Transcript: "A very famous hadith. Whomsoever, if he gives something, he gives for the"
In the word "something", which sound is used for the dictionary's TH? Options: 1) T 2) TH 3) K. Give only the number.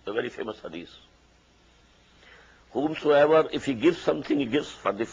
1